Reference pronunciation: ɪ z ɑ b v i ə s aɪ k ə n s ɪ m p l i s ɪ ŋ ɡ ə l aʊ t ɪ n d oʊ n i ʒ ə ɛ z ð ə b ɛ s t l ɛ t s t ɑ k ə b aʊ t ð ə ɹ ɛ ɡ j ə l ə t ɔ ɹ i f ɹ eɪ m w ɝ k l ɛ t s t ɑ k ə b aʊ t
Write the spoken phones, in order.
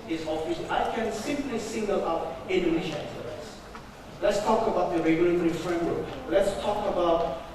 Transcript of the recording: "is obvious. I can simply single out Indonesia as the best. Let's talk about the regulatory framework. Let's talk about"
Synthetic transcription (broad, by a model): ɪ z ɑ v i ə ɪ k ə n s ɪ m p l i s ɪ ŋ ɡ ə l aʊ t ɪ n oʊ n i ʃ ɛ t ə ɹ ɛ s l ɛ t s t ɑ k ə b aʊ t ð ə ɹ ɛ ɡ j ə l ə t ɔ ɹ i f ɹ eɪ m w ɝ k l ɛ t s t ɑ k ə b aʊ t